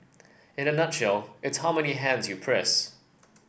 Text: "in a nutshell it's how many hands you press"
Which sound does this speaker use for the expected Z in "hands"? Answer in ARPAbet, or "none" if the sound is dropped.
Z